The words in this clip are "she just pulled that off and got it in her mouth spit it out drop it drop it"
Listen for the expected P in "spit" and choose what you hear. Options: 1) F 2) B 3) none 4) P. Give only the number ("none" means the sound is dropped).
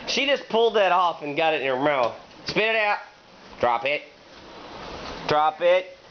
4